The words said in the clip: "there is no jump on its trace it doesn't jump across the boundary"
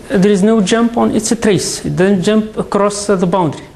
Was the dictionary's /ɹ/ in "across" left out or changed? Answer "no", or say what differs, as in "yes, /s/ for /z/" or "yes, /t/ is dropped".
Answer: no